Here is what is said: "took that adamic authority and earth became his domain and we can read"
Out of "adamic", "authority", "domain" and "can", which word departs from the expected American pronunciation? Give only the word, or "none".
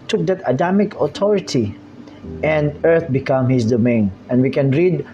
authority